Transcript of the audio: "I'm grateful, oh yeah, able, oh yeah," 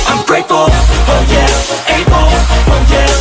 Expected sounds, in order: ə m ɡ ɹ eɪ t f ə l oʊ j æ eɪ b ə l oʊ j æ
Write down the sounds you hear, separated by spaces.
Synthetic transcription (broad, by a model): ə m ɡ ɹ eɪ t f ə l oʊ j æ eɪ ə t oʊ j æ